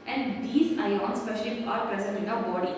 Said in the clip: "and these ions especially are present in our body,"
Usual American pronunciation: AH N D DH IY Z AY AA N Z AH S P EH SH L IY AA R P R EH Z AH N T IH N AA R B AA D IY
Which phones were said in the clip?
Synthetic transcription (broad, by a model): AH N D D IY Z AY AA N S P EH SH IY AA R P R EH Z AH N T IH N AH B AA D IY